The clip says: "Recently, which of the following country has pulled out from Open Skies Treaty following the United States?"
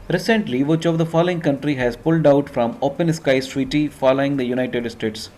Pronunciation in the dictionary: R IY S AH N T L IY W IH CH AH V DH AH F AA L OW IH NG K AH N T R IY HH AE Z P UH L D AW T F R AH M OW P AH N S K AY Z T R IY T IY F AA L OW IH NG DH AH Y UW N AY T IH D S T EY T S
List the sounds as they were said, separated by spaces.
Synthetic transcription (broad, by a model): R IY S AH N T L IY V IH CH AH V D AH F AA L OW IH NG K AH N T R IY HH AE Z P UH L D AW T F R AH M OW P AH N S K AY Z T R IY T IY F AA L OW IH NG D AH Y UW N AY T IH D S T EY T S